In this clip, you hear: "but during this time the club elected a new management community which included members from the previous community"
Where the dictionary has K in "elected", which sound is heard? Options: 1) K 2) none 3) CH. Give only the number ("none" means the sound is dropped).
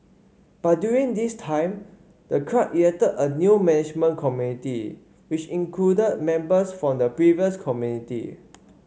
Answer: 2